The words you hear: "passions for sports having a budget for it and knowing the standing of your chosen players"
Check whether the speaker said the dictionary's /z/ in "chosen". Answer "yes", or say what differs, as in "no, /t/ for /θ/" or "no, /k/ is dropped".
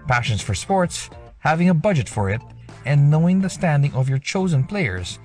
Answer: yes